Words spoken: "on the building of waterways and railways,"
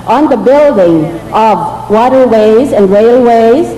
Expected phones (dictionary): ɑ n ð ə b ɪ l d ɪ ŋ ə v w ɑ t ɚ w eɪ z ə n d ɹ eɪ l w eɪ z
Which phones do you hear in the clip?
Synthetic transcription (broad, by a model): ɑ n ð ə b ɪ l d ɪ ŋ ə v w ɑ t ɚ w eɪ z ə n d ɹ eɪ l w eɪ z